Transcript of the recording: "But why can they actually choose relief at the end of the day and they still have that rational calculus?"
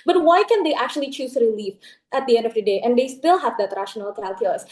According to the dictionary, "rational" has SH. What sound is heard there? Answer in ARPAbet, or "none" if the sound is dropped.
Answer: SH